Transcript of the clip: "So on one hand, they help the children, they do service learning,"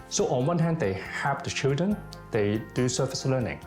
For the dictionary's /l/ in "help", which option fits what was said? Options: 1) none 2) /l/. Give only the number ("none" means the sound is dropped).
1